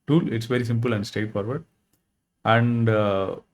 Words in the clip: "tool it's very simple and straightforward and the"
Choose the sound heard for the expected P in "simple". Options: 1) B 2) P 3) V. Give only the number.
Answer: 2